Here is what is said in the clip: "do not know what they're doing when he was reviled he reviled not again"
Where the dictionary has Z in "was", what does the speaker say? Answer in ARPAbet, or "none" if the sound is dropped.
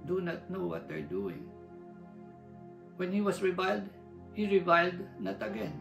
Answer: S